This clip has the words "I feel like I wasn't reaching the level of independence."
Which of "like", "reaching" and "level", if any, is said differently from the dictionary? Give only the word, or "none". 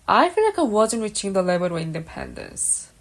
level